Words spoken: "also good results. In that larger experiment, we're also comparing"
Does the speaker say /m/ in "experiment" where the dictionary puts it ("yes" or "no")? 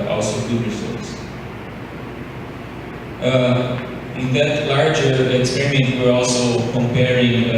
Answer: yes